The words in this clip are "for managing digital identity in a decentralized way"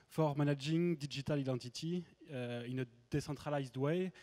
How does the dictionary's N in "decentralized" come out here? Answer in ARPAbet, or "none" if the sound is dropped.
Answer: none